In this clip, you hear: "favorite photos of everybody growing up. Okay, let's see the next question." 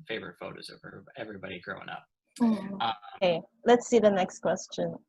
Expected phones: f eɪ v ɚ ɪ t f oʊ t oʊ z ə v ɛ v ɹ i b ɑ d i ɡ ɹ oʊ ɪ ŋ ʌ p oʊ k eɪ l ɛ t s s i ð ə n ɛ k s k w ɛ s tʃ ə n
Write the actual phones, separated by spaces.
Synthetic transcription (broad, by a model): f eɪ v ɚ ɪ t f oʊ t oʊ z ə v ɛ v ɹ i b ɑ d i ɡ ɹ oʊ ɪ ŋ ʌ p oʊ eɪ l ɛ t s s i ð ə n ɛ k s k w ɛ s tʃ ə n